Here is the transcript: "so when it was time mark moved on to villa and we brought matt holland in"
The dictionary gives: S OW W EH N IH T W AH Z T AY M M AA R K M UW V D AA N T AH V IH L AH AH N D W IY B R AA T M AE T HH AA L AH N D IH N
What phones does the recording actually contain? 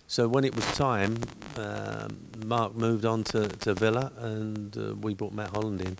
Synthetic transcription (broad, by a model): S OW W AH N IH T W AH Z T AY M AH AA R K M UW V D N T AH V IH L AH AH N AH W IY B AA T M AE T HH AA L AH N D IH N